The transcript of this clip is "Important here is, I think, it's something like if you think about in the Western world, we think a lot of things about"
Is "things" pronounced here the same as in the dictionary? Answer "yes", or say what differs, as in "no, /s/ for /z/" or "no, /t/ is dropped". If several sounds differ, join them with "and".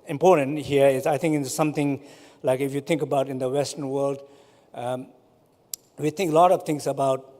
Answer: no, /t/ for /θ/ and /s/ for /z/